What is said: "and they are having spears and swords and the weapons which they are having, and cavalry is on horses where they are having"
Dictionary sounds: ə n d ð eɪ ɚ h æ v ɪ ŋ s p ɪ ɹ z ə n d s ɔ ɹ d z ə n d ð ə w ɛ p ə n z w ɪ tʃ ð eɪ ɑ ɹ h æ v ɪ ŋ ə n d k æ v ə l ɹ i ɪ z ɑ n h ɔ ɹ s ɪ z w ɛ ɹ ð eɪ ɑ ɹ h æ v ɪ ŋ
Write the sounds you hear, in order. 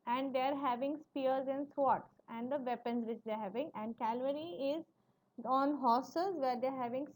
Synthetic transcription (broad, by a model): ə n d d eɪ ɚ h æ v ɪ ŋ s p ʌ ɹ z ə n d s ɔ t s ə n d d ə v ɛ p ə n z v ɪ tʃ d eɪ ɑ ɹ h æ v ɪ ŋ ə n d k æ v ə ɹ i ɪ z ɑ n h ɔ s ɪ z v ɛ ɹ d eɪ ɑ ɹ h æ v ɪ ŋ